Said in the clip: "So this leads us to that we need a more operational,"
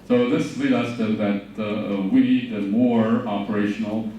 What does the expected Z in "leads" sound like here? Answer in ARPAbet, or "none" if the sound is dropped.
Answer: none